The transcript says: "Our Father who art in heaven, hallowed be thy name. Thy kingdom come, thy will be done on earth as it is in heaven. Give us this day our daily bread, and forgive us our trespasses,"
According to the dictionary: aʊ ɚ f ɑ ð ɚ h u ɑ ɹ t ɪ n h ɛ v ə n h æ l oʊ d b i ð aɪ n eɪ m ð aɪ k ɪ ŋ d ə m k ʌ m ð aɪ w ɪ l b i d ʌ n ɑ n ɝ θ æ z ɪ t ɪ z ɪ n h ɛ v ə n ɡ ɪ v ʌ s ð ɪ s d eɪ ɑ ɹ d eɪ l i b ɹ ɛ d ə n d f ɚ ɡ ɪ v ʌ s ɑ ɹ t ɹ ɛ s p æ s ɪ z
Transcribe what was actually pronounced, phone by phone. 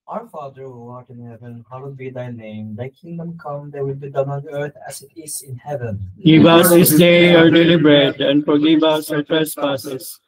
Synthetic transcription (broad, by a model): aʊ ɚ f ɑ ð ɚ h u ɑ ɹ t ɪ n h ɛ v ə n h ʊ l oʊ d b i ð aɪ n eɪ m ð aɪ k ɪ ŋ d ə m k ʌ m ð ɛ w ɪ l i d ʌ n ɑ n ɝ t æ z ɪ t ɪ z ɪ n h ɛ v ə n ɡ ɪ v ʌ s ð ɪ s d eɪ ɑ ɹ d eɪ l i b ɹ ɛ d ə n d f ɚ ɡ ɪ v ʌ s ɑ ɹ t ɹ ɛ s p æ s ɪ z